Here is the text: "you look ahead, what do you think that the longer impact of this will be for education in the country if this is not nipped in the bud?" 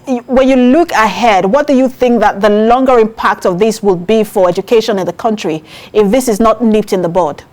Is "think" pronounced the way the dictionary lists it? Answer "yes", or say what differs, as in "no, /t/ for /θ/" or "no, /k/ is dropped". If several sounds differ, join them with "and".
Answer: yes